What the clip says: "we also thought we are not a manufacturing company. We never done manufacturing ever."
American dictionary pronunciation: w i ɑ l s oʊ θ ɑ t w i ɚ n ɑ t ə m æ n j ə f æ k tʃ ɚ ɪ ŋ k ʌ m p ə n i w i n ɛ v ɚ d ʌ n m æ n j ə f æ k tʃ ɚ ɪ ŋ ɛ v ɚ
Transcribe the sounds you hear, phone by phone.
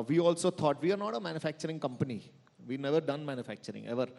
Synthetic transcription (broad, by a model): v i ɑ l s oʊ t ɑ t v i ɚ n ɑ t ə m æ n j ə f æ k tʃ ɚ ɪ ŋ k ʌ m p ə n i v i n ɛ v ɚ d ʌ n m æ n j ə f æ k tʃ ɚ ɪ ŋ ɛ v ɚ